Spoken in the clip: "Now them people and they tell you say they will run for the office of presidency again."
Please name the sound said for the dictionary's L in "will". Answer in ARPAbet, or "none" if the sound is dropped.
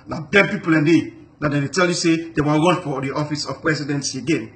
N